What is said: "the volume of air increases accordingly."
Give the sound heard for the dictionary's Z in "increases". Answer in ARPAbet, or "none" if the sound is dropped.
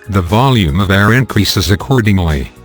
Z